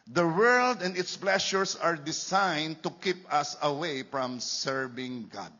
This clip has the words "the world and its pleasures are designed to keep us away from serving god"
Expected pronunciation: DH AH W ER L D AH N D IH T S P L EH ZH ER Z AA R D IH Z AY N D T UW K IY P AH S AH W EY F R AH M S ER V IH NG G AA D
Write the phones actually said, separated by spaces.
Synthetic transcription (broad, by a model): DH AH W ER L D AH N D IH T S P L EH SH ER S AA R D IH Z AY N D T UW K IY P AH S AH W EY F R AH M S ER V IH NG G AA D